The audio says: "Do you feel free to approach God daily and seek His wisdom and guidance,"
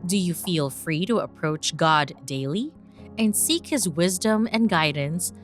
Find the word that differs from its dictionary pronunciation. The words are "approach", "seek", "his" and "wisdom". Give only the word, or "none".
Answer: none